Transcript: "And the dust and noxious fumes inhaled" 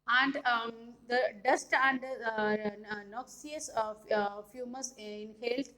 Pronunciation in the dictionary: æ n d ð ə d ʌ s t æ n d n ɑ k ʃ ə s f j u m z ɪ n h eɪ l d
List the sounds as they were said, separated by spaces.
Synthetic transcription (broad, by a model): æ n d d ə d ʌ s t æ n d n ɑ k s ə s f j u m ɪ n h eɪ l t